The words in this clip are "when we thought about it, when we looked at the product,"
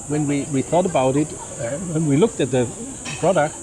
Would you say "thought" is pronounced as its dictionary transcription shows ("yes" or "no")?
yes